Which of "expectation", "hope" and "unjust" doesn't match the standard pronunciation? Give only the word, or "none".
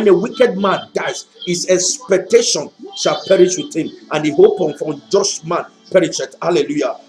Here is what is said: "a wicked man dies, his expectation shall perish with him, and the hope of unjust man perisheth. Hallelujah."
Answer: unjust